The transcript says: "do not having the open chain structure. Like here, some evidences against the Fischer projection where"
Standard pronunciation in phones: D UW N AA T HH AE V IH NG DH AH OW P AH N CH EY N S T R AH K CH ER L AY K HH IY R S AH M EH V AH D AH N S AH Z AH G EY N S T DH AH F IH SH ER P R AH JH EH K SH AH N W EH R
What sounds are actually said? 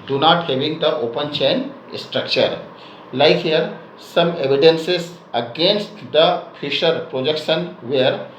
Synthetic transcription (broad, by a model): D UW N AA T HH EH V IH NG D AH OW P AH N CH EY N S T R AH K CH ER L AY K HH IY R S AH M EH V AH D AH N S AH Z AH G EY N S T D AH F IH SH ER P R AH JH EH K SH AH N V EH R